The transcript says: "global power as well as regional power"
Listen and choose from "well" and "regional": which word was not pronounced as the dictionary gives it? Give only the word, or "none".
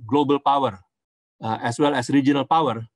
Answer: none